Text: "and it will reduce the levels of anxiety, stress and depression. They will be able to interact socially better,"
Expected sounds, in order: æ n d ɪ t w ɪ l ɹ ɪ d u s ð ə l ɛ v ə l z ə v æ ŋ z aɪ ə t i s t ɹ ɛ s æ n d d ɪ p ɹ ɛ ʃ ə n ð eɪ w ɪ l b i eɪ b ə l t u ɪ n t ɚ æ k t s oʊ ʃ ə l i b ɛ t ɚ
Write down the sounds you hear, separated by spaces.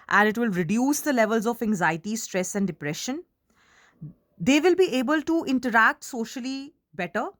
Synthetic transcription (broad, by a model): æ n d ɪ t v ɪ l ɹ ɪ d u s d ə l ɛ v ə l z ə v æ ŋ z aɪ ə t i s t ɹ ɛ s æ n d d ɪ p ɹ ɛ ʃ ə n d eɪ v ɪ l b i eɪ b ə l t u ɪ n t ɚ æ k t s oʊ ʃ ə l i b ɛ t ɚ